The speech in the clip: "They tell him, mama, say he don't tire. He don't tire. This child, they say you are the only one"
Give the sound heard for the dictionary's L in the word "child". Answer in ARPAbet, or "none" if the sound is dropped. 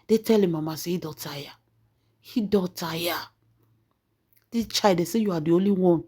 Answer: none